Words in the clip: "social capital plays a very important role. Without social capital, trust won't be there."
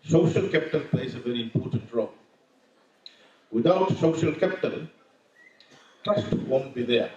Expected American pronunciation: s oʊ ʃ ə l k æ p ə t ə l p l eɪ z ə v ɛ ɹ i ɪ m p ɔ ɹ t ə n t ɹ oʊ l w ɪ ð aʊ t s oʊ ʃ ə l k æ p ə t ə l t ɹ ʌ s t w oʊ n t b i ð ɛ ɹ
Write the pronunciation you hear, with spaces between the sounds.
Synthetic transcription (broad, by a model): s oʊ ʃ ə l k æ p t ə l p l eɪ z ə v ɛ ɹ i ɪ m p ɔ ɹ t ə n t ɹ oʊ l w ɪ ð aʊ t s oʊ ʃ ə l k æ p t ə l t ʌ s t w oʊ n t b i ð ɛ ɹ